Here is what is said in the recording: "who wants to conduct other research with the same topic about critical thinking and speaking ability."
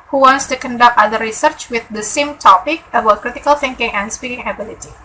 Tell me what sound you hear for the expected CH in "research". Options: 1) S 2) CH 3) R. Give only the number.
2